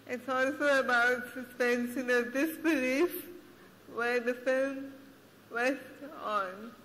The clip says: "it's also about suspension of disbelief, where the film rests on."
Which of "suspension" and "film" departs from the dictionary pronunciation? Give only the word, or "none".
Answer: suspension